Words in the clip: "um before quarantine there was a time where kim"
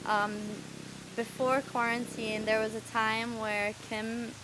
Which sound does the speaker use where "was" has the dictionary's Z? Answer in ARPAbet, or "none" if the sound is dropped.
Z